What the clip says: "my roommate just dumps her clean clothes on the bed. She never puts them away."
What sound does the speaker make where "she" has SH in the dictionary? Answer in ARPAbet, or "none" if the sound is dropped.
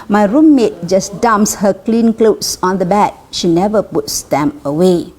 SH